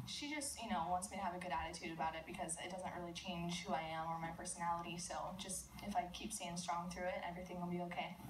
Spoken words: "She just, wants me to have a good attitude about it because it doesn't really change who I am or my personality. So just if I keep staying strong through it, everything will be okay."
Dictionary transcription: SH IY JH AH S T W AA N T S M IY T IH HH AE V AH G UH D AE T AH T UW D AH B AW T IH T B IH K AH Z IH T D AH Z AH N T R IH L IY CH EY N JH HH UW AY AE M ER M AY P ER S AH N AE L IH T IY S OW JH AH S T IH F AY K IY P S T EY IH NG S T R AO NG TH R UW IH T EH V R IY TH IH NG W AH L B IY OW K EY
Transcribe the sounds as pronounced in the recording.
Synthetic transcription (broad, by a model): SH IY JH AH S T W AA N T S M IY T IH V AH G UH D AE T AH T UW D AH B AW T IH T B IH K AH Z IH T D AH Z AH N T R IH L IY CH EY N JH HH UW AY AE M ER M AY P ER S AH N AE L IH T IY S OW JH AH S T IH F AY K IY P S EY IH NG S T R AO NG TH R UW IH T EH V R IY TH IH NG W AH L B IY OW K EY